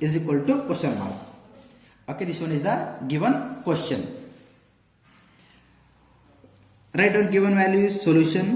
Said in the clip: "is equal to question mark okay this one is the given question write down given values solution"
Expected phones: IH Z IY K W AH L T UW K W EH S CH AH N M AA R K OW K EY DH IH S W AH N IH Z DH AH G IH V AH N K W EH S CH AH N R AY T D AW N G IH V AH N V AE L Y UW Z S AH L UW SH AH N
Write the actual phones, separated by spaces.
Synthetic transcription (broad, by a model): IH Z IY K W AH L T UW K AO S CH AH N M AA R OW K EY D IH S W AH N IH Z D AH G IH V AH N K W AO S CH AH N R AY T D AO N G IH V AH N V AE L Y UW S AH L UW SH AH N